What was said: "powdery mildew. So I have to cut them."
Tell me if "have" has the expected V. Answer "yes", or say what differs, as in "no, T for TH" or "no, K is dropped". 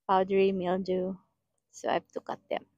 no, F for V